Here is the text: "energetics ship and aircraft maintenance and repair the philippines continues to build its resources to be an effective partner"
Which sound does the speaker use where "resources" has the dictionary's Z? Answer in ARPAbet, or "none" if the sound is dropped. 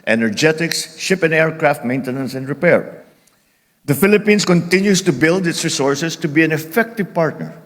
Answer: S